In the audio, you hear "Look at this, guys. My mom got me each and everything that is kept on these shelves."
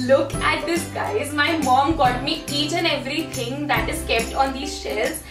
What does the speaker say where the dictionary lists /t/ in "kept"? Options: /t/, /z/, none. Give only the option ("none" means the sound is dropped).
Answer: /t/